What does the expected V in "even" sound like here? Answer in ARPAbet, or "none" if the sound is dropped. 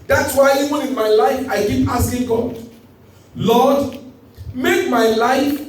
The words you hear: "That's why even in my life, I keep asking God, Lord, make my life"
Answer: W